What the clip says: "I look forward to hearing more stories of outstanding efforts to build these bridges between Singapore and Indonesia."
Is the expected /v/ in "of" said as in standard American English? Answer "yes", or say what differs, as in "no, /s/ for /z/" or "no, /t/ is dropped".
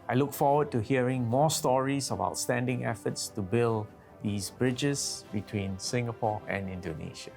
no, /b/ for /v/